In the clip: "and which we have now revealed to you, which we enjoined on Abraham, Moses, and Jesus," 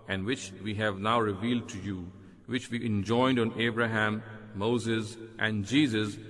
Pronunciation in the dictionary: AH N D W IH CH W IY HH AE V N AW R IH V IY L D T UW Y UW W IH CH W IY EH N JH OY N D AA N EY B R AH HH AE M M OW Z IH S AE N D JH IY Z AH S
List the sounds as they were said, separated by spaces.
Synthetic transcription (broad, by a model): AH N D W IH CH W IY HH AE V N AW R IH V IY L D T UW Y UW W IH CH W IY EH N JH OY N D AA N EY B R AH HH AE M M OW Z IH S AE N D JH IY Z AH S